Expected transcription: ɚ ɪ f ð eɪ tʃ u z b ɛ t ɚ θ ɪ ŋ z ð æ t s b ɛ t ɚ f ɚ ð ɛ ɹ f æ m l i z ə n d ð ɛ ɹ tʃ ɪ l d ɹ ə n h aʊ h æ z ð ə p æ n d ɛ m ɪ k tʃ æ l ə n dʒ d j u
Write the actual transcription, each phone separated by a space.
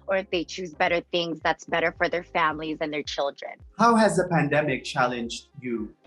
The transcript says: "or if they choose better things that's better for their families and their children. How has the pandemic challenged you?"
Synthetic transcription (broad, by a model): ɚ ɪ f ð eɪ tʃ u z b ɛ t ɚ θ ɪ ŋ z ð æ t s b ɛ t ɚ f ɚ ð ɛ ɹ f æ m l i z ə n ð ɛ ɹ tʃ ɪ l d ɹ ə n h aʊ h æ z ð ə p æ n d ɛ m ɪ k tʃ æ l ə n dʒ d j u